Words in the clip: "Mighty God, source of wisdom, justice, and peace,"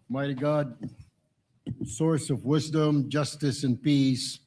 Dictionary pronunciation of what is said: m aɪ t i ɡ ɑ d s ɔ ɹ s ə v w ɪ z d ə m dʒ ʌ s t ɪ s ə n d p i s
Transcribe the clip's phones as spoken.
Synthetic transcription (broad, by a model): m aɪ t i ɡ ɑ d s ɔ ɹ s ə v w ɪ z d ə m dʒ ʌ s t ɪ s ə n p i s